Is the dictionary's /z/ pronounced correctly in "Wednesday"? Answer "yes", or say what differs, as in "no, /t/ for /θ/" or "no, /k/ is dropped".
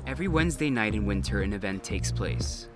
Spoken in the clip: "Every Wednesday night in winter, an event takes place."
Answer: yes